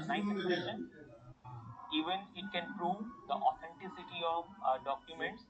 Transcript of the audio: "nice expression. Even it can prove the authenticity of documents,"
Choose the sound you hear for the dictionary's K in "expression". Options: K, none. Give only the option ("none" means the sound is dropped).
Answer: none